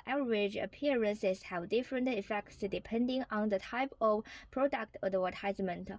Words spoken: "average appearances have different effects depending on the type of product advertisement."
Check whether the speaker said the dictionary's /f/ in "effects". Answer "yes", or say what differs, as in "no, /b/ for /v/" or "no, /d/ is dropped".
yes